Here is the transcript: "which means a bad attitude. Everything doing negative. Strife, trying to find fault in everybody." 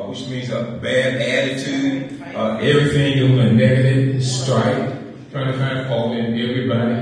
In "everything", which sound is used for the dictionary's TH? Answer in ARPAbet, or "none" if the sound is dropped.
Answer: TH